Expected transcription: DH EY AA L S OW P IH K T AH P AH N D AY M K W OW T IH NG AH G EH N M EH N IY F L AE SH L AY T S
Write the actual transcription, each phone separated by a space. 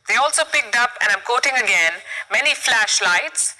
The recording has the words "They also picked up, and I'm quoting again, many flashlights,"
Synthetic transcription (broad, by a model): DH EY AA L S OW P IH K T AH P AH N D AY M K OW T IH NG AH G EH N M EH N IY F L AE SH L AY T S